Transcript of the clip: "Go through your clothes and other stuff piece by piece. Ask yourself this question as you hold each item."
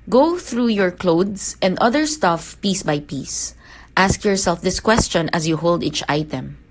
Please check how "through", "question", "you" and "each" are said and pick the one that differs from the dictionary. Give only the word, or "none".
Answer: none